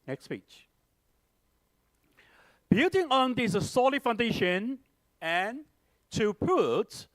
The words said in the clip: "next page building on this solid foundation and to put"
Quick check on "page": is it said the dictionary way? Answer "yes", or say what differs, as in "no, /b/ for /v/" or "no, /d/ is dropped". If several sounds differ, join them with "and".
no, /tʃ/ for /dʒ/